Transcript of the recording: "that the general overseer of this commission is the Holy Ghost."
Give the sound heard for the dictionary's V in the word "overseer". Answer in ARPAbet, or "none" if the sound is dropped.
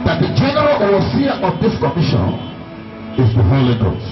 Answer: none